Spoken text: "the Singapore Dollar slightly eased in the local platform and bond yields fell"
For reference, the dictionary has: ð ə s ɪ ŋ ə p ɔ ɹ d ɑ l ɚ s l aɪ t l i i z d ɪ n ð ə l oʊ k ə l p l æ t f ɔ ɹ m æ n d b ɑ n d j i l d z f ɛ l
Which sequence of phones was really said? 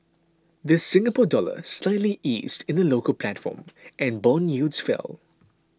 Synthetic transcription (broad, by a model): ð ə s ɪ ŋ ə p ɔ d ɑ l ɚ s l aɪ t l i i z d ɪ n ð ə l oʊ k ə l p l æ t f ɔ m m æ n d b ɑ n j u d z f ɛ l